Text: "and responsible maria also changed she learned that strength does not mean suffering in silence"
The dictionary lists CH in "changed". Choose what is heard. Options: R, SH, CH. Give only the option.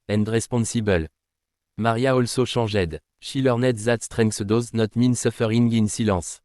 SH